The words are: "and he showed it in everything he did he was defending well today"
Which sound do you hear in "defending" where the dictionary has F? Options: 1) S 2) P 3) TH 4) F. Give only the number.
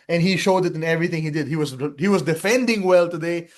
4